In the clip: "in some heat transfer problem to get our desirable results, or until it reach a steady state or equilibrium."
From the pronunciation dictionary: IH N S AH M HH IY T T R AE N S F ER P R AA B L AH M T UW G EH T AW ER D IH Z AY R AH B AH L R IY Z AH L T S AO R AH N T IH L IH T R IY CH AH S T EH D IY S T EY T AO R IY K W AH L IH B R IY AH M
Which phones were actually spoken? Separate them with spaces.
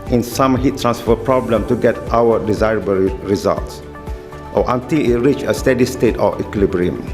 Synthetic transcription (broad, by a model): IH N S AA M HH IY T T R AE N S F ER P R AA B L AH M T UW G EH T AW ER D IH Z AY R AH B AH L R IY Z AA L T S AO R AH N T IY L IH T R IY CH AH S T EH D IY S T EY T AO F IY K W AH L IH B R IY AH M